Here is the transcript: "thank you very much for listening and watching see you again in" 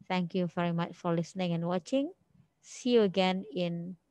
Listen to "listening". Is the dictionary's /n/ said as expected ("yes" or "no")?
yes